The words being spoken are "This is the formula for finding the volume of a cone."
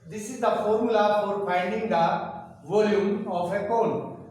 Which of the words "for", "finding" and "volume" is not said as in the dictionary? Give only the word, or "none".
finding